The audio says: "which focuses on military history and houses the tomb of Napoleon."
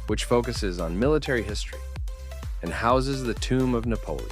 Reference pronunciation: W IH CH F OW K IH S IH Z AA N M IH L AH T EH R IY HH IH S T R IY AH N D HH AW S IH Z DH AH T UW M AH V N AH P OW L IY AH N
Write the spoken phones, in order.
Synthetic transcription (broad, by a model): W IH CH F OW K IH S IH Z N M IH L AH T EH R IY HH IH S T R IY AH N HH AW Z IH Z DH AH T UW M AH V N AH P OW L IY